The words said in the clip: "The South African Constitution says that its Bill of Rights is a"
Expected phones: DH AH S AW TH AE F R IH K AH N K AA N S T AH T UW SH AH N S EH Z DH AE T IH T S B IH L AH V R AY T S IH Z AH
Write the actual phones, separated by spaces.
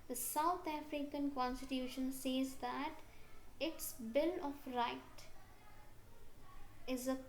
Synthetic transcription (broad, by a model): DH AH S AW T AE F R IH K AH N K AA N S T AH T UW SH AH N S EH Z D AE T IH T S B IH L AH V R AY T IH Z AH